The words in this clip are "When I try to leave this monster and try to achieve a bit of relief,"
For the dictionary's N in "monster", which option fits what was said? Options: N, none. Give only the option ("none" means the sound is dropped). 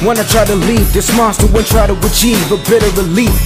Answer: none